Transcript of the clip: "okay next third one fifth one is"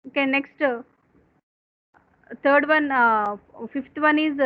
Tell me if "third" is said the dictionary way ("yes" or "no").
no